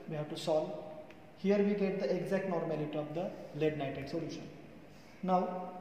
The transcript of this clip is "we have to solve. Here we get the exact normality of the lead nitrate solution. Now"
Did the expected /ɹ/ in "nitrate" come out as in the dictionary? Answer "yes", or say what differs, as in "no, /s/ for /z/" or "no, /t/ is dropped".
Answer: no, /ɹ/ is dropped